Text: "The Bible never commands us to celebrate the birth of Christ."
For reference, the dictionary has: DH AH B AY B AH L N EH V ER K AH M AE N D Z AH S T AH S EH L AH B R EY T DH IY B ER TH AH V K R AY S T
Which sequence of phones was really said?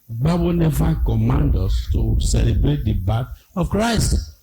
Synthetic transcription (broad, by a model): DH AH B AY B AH N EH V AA K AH M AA N D AO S T AH S EH L AH B R EY T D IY B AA T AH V K R AY S T